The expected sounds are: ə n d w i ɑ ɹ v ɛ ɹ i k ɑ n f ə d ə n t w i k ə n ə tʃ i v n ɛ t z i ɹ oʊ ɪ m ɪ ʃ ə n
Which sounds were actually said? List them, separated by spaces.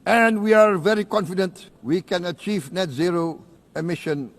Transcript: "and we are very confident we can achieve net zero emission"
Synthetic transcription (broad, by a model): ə n d w i ɑ ɹ v ɛ ɹ i k ɑ n f ə d ə n t w i k ə n ə tʃ i v n ɛ t z i ɹ oʊ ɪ m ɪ ʃ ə n